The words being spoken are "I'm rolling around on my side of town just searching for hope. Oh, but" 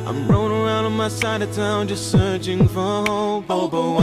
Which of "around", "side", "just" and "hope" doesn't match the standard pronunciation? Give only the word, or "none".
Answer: hope